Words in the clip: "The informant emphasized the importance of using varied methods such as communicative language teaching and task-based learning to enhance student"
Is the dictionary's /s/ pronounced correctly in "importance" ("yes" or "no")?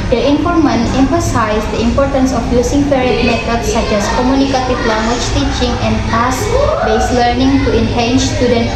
yes